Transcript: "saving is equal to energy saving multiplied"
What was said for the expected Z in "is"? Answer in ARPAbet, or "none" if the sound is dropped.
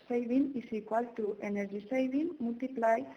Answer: S